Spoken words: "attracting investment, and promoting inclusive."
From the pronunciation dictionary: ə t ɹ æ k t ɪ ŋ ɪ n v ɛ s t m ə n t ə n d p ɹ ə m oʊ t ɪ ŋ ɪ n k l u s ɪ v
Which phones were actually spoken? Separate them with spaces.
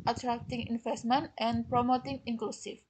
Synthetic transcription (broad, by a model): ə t ɹ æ k t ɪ ŋ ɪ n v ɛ s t m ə n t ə n p ɹ ə m oʊ t ɪ ŋ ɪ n k l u s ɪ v